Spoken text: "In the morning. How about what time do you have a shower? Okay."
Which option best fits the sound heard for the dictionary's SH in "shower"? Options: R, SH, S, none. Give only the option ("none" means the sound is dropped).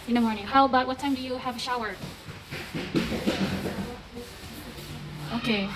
SH